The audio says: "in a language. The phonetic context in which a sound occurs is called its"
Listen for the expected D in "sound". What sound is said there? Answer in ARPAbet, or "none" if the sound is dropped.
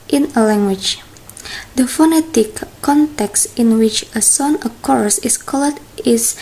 none